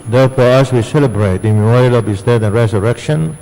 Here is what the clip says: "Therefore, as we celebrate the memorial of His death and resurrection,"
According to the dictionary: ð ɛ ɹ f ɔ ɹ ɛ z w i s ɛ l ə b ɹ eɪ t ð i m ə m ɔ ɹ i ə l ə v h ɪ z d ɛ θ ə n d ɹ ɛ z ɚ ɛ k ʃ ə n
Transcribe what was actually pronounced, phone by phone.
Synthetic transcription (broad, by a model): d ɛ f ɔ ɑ s w i s ɛ l ə b ɹ eɪ t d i m ə m ɔ ɹ i ə l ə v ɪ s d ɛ t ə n ɹ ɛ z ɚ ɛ k ʃ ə n